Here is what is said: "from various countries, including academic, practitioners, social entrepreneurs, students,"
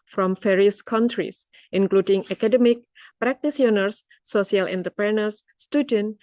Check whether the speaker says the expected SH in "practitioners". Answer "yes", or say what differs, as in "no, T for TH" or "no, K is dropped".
no, S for SH